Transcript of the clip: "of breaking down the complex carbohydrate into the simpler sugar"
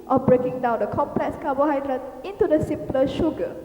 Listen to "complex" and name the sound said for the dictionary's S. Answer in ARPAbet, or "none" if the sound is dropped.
S